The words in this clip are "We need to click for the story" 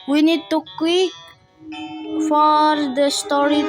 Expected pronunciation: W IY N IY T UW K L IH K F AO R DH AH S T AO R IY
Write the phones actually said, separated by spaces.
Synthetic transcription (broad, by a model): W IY N IY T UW K IY F AO R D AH S T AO R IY